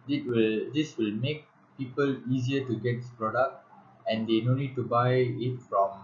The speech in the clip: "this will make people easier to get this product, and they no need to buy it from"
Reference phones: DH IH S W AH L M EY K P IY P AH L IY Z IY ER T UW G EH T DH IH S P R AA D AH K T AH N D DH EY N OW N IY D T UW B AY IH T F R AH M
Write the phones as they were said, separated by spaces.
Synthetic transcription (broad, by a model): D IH S W AH L M EY K P IY P AH L IY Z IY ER T UW G EH T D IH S P R AA D AH K T AH N D EY N OW N IY D T UW B AY IH T F R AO M